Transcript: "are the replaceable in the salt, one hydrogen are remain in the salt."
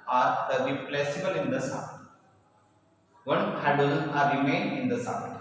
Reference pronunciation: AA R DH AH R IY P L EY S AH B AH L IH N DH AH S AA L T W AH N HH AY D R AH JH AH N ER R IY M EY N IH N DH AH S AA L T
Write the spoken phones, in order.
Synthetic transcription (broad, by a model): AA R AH R IY P L EY S AH B AH L IH N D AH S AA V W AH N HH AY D AH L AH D R IY M EY N IH N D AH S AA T